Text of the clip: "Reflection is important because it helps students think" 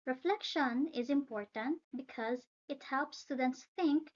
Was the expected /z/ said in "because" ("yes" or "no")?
yes